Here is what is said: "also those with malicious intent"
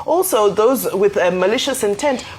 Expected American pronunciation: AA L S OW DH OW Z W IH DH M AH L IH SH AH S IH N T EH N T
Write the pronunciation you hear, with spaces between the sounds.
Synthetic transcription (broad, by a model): AA L S OW DH OW Z W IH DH M AH L IH SH AH S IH N T EH N T